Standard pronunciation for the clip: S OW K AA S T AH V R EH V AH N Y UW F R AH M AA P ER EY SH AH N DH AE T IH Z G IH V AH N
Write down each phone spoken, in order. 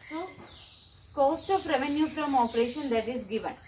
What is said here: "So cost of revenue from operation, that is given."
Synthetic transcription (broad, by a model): S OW K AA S T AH P R EH V AH N Y UW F R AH M AA P ER EY SH AH N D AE T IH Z G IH V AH N